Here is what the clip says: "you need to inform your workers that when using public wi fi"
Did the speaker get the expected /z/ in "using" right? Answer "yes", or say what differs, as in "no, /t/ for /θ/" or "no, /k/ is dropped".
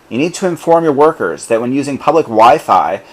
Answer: yes